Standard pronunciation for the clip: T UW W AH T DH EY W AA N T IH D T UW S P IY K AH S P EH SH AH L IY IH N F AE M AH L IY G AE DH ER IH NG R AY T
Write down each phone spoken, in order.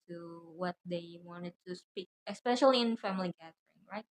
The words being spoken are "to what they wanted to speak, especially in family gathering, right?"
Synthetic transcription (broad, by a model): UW W AH T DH EY W AA N T IH D T UW S P IY K AH S P EH SH AH L IY IH N F AE M AH L IY G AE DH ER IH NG R AY T